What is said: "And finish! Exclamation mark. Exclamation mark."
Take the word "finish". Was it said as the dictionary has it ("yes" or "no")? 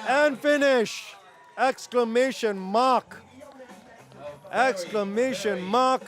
yes